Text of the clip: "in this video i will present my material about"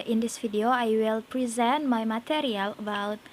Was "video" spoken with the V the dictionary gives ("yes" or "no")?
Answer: no